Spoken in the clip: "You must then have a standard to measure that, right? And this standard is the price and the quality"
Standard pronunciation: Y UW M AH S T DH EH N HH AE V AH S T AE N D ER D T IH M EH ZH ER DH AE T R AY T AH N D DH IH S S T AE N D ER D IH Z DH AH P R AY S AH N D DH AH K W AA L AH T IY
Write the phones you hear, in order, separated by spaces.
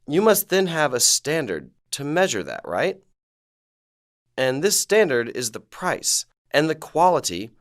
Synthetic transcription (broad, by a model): Y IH M AH S T DH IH N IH V AH S T AE N D ER D T IH M EH ZH ER DH AE T R AY T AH N DH IH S S T AE N D ER D IH Z DH AH P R AY S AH N DH AH K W AA L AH T IY